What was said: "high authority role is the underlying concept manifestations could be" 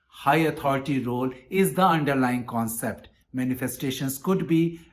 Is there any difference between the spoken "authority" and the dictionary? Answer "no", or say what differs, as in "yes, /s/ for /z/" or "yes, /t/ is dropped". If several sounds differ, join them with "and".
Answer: yes, /t/ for /θ/